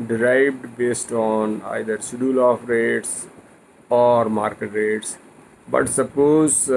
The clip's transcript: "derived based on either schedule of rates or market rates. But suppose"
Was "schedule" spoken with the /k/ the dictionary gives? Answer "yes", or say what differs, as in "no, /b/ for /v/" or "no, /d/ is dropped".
no, /k/ is dropped